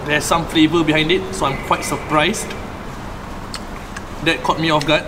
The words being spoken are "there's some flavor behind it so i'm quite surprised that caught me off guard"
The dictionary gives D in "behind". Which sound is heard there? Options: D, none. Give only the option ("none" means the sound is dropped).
D